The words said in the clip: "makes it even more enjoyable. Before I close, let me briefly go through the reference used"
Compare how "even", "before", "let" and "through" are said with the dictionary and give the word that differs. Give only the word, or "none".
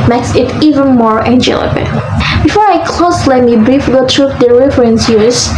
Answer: through